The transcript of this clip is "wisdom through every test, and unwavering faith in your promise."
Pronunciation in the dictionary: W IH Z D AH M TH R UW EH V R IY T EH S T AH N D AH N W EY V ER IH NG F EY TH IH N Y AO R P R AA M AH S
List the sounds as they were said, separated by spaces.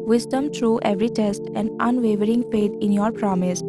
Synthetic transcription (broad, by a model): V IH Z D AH M T R UW EH V R IY T EH S T AH N D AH N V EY V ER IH NG P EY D IH N Y AO R P R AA M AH S